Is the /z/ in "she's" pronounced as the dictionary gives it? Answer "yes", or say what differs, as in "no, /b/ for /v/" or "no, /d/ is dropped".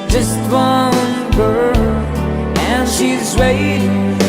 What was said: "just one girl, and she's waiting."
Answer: yes